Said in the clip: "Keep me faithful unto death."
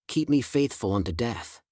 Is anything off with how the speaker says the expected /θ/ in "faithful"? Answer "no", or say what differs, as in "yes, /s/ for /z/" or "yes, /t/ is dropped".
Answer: no